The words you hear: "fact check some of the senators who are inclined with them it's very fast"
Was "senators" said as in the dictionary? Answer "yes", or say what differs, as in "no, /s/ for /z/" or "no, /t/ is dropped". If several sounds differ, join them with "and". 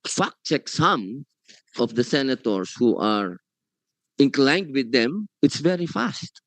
no, /s/ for /z/